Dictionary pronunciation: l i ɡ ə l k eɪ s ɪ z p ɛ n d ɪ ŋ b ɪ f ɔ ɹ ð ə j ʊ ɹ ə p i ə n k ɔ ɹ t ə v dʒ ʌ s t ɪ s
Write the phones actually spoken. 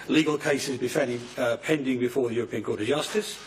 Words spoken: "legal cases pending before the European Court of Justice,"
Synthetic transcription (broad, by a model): l i ɡ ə l k eɪ s ɪ z p ɛ n d ɪ ŋ b ɪ f ɔ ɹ ð ə j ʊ ɹ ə p i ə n k ɔ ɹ t ə v dʒ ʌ s t ɪ s